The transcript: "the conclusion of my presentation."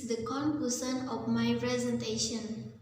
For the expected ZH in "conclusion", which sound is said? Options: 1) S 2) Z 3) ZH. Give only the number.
1